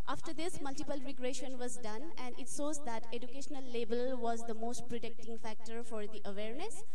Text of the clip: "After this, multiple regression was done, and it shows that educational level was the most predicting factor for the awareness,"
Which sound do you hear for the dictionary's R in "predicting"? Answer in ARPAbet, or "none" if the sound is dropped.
R